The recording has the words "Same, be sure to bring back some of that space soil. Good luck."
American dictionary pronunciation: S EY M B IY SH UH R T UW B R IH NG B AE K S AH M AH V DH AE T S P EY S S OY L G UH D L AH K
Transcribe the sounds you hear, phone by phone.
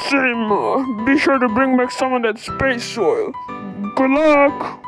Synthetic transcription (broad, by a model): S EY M B IY SH UH R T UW B R IH NG B AE K S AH M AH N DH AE T S P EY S S OY L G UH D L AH K